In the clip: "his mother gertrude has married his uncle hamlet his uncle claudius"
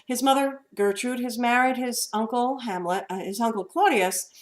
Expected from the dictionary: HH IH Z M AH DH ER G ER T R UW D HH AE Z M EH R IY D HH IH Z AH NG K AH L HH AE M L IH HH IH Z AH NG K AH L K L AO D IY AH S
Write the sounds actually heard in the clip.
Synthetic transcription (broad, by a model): HH IH Z M AH DH ER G ER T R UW D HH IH Z M EH R IY D IH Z AH NG K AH L HH AE M L IH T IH Z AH NG K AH L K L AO D IY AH S